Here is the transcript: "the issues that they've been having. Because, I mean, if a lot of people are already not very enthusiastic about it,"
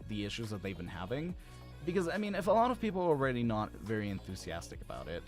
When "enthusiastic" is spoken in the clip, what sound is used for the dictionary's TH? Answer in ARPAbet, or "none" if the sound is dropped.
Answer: TH